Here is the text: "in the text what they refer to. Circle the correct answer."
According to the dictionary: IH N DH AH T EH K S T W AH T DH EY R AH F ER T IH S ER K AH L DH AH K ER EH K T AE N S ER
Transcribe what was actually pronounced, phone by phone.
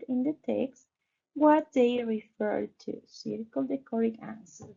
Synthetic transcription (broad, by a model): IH N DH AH T EH K S T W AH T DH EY R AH F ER T IH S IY K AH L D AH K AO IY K AE N S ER